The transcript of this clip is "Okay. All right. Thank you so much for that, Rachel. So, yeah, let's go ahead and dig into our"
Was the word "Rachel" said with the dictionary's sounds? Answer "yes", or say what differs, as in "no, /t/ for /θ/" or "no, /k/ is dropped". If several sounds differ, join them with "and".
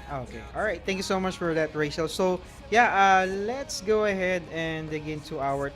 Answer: no, /ʃ/ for /tʃ/